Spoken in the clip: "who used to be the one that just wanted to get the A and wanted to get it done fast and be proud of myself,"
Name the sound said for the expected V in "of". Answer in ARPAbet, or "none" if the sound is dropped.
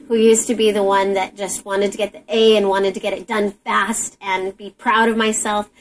V